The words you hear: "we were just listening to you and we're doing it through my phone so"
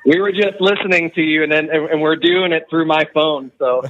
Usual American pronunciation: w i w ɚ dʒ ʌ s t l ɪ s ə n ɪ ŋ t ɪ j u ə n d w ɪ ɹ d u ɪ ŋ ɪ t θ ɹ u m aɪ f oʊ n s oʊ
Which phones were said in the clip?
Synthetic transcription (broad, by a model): w i w ɚ dʒ ʌ s t l ɪ s ə n ɪ ŋ t ɪ j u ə n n w ɪ ɹ d u ɪ ŋ ɪ t θ ɹ u m aɪ f oʊ n s oʊ